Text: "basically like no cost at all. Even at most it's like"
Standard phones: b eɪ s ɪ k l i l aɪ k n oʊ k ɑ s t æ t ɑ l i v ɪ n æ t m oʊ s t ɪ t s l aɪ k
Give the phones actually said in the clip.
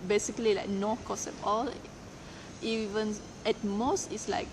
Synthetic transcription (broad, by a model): b eɪ s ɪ k l i l aɪ k n oʊ k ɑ s ɛ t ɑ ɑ i v ɪ n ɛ t m oʊ s t ɪ t s l aɪ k